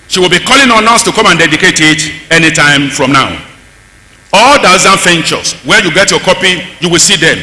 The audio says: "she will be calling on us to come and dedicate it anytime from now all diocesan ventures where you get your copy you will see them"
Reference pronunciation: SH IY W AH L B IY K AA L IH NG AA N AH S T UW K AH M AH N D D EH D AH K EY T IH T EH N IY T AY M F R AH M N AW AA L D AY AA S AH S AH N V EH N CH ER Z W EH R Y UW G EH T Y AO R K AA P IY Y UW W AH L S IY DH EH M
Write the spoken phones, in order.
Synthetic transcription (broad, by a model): SH IY W AH L B IY K AA L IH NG AA N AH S T UW K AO M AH N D D EH D AH K EY T IH T EH N IY T AY M F R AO M N AW AA L D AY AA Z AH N F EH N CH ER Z W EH Y UW G EH T Y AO K AA P IY Y UW W AH L S IY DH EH M